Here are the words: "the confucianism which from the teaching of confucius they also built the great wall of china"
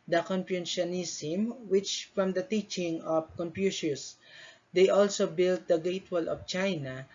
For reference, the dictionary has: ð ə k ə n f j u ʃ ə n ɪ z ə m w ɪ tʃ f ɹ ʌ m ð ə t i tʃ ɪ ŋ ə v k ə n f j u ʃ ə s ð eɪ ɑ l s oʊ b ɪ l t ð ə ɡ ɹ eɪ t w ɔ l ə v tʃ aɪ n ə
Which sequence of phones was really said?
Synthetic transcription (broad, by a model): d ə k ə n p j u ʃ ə n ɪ s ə m w ɪ tʃ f ɹ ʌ m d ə t i tʃ ɪ ŋ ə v k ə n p j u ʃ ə s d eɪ ɑ l s oʊ b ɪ l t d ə ɡ eɪ t w ɔ l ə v tʃ aɪ n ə